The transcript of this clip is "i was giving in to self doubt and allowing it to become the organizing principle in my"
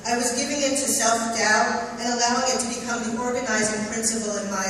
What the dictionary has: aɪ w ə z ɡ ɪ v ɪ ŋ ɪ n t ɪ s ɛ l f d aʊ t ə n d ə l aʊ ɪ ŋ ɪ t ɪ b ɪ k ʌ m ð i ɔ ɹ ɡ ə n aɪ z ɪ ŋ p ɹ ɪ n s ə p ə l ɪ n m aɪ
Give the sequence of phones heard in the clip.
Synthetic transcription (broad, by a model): aɪ w ə z ɡ ɪ v ɪ ŋ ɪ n t ɪ s ɛ l f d aʊ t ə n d ə l aʊ ɪ ŋ ɪ t ɪ b ɪ k ʌ m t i ɔ ɹ ɡ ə n aɪ z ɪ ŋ p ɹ ɪ n s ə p l ɪ n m aɪ